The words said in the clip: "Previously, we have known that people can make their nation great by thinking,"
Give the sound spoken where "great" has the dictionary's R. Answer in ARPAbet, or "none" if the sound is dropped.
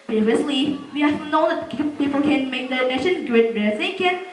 none